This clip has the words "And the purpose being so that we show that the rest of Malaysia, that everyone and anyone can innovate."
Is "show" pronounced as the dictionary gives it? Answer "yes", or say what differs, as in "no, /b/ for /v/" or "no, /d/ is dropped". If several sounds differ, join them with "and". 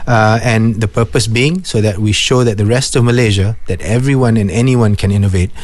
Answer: yes